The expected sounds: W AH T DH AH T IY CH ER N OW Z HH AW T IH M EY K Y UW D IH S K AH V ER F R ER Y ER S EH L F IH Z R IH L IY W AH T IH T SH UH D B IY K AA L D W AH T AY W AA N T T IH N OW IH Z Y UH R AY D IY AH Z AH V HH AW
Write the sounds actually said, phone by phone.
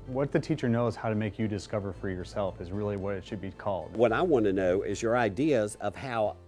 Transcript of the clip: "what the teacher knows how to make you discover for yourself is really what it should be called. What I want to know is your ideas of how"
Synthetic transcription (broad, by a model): W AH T DH AH T IY CH ER N OW Z HH AW T IH M EY K Y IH D IH S K AH V ER F R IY Y ER S EH L F IH Z R IH L IY W AH T IH T SH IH D B IY K AA L D W AH T AY W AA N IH N OW IH Z Y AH R AY D IY AH Z AH V HH AW